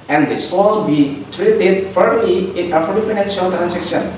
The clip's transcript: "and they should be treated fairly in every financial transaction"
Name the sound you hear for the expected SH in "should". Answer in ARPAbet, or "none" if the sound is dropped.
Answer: S